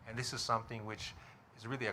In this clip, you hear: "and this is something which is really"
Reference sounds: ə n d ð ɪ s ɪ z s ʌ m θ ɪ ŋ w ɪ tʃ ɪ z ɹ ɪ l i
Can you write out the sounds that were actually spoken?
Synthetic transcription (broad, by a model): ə n ð ɪ s ɪ z s ʌ m θ ɪ ŋ w ɪ tʃ ɪ z ɹ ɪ l i